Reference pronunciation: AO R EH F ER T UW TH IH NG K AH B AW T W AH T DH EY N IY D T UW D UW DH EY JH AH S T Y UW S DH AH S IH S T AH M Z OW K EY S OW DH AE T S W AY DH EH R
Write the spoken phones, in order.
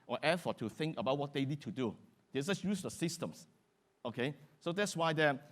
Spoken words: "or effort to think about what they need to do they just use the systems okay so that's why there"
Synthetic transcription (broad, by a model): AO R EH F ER T UW TH IH NG K AH B AW T W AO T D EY N IY D T UW D UW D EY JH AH S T Y UW S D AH S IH S T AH M S OW K EY S OW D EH T S W AY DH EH